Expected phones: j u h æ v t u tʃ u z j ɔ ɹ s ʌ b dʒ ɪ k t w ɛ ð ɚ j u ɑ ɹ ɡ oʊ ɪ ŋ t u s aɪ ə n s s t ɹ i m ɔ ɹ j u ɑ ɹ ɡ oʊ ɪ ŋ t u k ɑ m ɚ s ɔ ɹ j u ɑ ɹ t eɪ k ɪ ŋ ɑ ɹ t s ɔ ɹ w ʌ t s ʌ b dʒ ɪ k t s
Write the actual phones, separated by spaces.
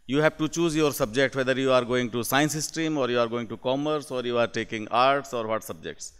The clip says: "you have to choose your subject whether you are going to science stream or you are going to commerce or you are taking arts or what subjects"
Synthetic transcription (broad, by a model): j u h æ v t u tʃ u z j ɔ ɹ s ʌ b dʒ ɪ k t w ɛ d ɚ j u ɑ ɹ ɡ oʊ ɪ ŋ t u s aɪ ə n s s t ɹ i m ɔ ɹ j u ɑ ɹ ɡ oʊ ɪ ŋ t u k ɑ m ɚ s ɔ ɹ j u ɑ ɹ t eɪ k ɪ ŋ ɑ ɹ t s ɔ ɹ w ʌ t s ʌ b dʒ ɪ k t s